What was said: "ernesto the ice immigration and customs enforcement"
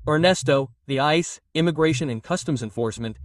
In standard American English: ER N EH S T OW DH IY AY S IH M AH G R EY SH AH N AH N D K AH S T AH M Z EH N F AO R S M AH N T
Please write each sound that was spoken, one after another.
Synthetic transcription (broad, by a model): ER N EH S T OW DH IY AY S IH M AH G R EY SH AH N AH N K AH S T AH M Z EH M F AO R S M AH N T